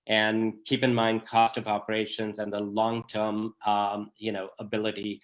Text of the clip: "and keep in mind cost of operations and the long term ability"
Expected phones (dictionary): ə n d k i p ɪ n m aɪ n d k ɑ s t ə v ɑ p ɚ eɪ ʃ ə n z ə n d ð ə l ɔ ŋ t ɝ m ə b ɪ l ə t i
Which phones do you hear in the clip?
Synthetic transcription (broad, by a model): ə n k i p ɪ n m aɪ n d k ɑ s t ə v ɑ p ɚ eɪ ʃ ə n z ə n ð ə l ɔ ŋ t ɝ m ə b ɪ l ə t i